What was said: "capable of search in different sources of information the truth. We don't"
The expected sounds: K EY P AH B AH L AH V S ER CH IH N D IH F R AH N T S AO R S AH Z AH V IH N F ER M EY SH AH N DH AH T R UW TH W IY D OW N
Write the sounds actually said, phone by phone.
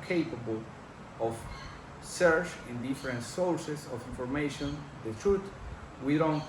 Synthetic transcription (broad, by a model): K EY P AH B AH L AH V S ER CH IH N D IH F R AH N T S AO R S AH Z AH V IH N F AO M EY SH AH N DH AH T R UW T W IY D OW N